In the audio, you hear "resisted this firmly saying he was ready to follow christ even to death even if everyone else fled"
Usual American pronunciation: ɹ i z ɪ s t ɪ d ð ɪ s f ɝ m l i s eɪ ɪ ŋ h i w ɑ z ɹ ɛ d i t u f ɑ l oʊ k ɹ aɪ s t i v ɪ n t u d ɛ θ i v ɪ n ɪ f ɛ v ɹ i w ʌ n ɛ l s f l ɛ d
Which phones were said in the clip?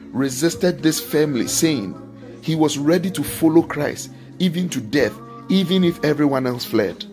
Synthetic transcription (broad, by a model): ɹ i z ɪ s t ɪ d ð ɪ s f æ m l i s eɪ ɪ ŋ h i w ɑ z ɹ ɛ d i t u f ɑ l oʊ k ɹ aɪ s t i v ɪ n t u d ɛ θ i v ɪ n ɪ f ɛ v ɹ i w ʌ n ɛ l s f l ɛ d